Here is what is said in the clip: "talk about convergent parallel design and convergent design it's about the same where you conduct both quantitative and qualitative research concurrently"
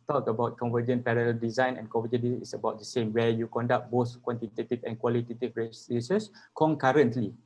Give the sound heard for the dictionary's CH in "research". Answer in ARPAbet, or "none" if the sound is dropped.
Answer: S